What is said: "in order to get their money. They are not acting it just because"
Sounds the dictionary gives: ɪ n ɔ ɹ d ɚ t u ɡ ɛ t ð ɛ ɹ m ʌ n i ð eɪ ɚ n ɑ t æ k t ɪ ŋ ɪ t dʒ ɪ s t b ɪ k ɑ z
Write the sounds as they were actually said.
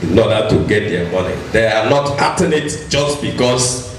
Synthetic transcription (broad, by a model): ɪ n ɔ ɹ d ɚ t u ɡ ɛ t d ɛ m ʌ n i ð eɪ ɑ n ɑ t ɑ t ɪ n ɪ t dʒ ɪ s t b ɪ k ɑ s